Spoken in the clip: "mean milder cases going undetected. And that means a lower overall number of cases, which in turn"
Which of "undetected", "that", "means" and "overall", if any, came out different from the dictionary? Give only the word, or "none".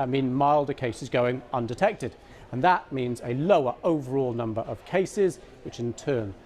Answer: none